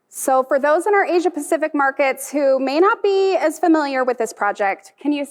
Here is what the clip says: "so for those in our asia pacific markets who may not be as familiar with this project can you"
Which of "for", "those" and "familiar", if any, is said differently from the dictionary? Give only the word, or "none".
none